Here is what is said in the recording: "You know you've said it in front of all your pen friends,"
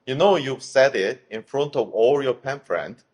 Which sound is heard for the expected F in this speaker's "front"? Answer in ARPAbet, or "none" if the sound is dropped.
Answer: F